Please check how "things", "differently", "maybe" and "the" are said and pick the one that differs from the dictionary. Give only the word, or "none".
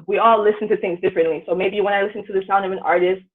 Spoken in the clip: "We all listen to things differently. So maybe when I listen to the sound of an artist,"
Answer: none